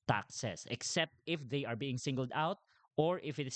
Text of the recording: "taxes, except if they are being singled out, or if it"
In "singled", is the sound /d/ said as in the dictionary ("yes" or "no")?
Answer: yes